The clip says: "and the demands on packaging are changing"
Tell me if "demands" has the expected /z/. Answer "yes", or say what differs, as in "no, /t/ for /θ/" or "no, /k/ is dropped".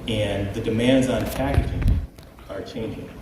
yes